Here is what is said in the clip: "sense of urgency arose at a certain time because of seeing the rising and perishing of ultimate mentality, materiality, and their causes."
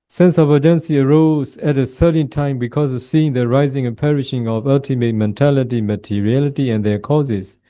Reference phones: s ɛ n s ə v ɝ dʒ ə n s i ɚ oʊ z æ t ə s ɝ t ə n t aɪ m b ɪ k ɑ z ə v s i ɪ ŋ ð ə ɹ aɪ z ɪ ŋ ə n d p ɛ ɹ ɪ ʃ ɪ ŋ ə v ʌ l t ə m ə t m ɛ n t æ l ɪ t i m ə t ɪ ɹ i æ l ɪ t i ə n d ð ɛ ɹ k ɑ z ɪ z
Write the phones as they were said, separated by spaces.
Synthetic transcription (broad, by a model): s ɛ n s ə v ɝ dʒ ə n s i ɚ oʊ z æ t ə s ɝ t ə n t aɪ m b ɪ k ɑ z ə v s i ɪ ŋ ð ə ɹ aɪ z ɪ ŋ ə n p ɛ ɹ ɪ ʃ ɪ ŋ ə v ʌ l t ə m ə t m ɛ n t æ l ɪ t i m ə t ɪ ɹ i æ l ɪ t i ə n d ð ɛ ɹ k ɑ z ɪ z